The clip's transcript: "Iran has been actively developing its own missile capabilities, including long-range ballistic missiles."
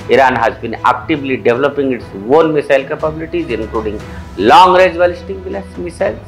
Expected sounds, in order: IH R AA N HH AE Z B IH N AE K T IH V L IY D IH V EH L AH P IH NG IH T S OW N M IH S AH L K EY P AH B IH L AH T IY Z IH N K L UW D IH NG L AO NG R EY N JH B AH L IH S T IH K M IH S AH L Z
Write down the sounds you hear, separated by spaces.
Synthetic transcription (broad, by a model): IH R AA N HH AE Z B IH N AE K T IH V L IY D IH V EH L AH P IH NG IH T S OW N M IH S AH L K EY P AH B IH L AH T IY Z IH N K L UW D IH NG L AO NG R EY JH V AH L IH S T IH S M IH S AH L